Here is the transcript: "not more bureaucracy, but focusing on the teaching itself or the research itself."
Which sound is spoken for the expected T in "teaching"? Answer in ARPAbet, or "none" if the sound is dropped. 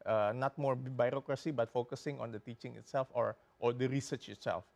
T